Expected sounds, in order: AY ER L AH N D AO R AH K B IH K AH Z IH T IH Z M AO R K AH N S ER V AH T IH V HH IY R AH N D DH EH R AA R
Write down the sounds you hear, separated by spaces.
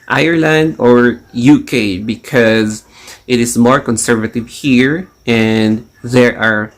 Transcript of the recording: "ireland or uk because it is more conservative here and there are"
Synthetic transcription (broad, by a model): AY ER L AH N D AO R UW K B IH K AH Z IH T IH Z M AO R K AH N S ER V AH T IH V HH IY R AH N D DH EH R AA R